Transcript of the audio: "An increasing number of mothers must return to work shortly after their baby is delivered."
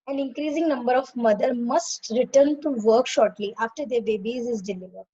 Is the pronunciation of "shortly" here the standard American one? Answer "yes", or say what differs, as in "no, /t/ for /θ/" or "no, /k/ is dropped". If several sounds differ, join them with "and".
yes